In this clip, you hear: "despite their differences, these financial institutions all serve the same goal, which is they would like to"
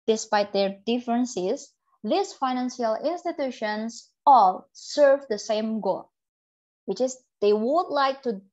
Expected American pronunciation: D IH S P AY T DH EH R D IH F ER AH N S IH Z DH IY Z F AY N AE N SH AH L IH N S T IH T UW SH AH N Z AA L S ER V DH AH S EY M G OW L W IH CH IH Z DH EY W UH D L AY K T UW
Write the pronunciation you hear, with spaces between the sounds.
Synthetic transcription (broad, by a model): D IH S P AY T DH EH R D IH F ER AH N S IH S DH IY S F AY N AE N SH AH L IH N S T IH T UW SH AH N S AA L S ER V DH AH S EY M G OW L W IH CH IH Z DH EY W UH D L AY K T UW